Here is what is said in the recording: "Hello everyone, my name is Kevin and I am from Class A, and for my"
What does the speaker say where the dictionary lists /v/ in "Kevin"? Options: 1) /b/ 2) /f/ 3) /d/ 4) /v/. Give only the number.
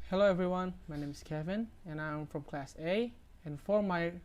4